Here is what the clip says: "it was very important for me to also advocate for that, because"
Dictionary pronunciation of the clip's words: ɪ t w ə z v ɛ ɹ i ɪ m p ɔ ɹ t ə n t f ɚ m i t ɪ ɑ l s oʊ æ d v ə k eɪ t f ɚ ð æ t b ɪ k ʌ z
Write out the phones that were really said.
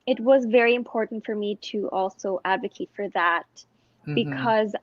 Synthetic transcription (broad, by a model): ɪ t w ə z v ɛ ɹ i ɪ m p ɔ ɹ t n t f ɚ m i t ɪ ɑ l s oʊ æ d v ə k eɪ t f ɚ ð æ t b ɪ k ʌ z